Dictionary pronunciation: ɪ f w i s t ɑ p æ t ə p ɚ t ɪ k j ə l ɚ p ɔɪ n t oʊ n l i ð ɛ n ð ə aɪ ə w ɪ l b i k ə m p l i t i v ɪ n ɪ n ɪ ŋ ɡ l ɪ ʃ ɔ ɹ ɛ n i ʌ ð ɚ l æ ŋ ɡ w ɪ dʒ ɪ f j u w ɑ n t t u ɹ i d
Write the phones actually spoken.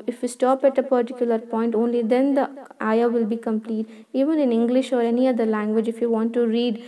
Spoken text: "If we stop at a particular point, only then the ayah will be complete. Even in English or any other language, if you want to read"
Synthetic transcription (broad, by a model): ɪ f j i s t ɑ p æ t ə p ɚ t ɪ k j ə l ɚ p ɔɪ n t oʊ n l i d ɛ n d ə aɪ ə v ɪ l b i k ə m p l i t i v ɪ n ɪ n ɪ ŋ ɡ l ɪ ʃ ɔ ɹ ɛ n i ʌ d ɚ l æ ŋ ɡ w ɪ dʒ ɪ f j u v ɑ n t t u ɹ i d